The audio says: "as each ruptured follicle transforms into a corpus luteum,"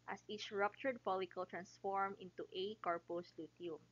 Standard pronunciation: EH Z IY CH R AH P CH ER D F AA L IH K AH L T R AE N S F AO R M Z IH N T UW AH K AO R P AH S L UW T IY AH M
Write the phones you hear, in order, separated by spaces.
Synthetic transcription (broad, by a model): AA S IY CH R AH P CH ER D P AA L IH K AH L T R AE N S F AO R M IH N T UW AH K AO R P AH S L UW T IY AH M